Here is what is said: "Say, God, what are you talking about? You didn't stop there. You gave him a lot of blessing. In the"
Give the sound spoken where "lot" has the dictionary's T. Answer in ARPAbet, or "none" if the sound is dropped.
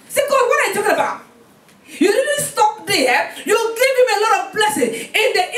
T